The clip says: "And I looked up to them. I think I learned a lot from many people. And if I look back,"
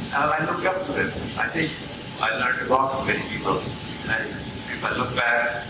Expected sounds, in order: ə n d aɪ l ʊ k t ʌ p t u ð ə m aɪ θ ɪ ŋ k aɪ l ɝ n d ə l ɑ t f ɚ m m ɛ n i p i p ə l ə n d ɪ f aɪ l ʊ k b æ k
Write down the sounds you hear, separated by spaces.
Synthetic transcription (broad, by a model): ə aɪ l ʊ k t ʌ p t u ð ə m aɪ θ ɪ ŋ k aɪ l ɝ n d ə w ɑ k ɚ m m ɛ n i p i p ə l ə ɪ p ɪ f aɪ l ʊ k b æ k